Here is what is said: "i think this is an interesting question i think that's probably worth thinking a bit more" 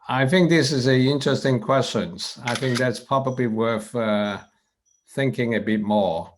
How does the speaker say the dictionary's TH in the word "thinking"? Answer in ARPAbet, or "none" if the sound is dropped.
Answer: TH